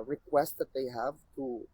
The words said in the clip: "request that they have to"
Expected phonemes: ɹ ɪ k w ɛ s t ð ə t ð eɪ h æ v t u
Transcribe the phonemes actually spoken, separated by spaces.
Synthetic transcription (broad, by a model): ɹ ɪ k w ɛ s t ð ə t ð eɪ h æ v t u